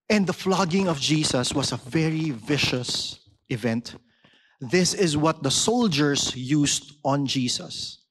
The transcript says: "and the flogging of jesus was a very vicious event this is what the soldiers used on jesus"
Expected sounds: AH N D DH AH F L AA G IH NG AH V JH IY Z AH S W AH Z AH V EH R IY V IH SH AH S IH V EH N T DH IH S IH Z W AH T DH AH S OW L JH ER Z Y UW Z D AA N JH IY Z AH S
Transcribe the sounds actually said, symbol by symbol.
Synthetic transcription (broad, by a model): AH N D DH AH F L AA G IH NG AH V JH IY S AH S W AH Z AH V EH R IY V IH SH AH S IH V EH N T DH IH S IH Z W AH T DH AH S OW L JH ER S Y UW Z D AA N JH IY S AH S